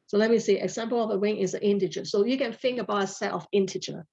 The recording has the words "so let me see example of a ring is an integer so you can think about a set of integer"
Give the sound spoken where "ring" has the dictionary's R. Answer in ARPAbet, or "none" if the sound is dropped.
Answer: W